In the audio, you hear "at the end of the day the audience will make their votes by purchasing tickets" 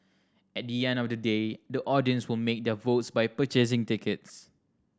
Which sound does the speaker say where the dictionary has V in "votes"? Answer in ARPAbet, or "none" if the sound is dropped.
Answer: V